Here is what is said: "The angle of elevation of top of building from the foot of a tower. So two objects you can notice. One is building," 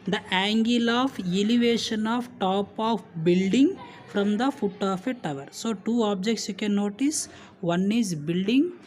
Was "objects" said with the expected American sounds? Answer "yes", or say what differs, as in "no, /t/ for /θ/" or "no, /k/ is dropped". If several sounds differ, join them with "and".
yes